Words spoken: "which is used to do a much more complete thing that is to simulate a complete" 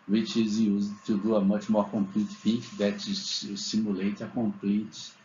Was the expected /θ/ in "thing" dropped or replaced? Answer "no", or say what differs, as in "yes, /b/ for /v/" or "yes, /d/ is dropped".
yes, /f/ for /θ/